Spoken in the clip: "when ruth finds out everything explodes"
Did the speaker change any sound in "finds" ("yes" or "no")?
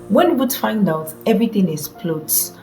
yes